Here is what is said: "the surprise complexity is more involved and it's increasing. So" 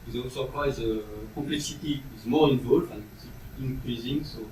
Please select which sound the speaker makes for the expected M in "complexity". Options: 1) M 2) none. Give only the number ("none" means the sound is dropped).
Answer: 1